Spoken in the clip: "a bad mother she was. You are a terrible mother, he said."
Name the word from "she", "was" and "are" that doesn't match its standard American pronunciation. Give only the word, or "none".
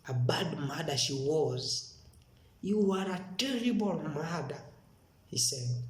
none